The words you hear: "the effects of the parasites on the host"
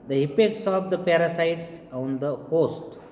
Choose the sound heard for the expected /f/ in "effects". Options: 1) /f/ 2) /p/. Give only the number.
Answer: 2